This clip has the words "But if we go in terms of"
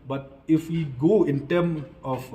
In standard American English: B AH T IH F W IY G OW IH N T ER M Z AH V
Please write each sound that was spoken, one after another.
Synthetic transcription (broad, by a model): B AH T IH F W IY G OW IH N T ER M AH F